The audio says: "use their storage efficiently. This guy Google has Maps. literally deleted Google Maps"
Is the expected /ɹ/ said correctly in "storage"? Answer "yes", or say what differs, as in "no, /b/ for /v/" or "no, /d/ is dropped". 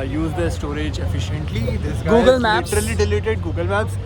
yes